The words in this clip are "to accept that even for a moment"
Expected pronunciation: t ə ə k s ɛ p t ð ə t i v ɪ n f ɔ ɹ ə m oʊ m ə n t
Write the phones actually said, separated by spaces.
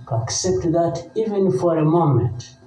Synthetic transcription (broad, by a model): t ə k s ɛ p t ð ə t i v ɪ n f ɔ ɹ ə m oʊ m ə n t